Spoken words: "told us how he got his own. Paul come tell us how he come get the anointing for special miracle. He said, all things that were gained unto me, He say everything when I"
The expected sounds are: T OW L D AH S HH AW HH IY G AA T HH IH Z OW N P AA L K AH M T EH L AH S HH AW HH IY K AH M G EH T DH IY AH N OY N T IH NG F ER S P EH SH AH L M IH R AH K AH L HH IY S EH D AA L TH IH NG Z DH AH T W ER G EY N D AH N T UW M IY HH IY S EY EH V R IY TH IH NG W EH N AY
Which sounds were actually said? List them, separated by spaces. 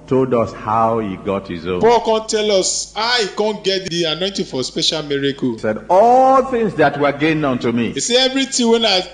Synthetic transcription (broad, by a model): T OW L D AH S HH AW HH IY G AA T HH IH Z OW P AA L K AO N T EH L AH S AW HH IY K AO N G EH T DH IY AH N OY N T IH F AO S P EH SH AH L M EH R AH K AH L S EH D AA L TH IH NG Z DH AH T W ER G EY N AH N T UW M IY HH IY S EY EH V R IY T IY W EH N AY